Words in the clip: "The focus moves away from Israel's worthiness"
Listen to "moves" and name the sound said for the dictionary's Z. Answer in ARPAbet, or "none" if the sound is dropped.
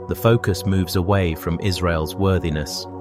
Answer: Z